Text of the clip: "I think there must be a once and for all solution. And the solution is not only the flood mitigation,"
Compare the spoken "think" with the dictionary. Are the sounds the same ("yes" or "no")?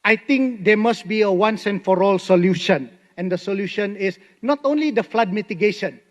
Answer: no